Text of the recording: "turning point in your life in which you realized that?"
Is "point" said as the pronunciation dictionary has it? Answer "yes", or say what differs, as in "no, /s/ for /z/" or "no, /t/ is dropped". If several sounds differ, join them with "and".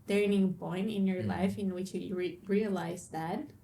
no, /b/ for /p/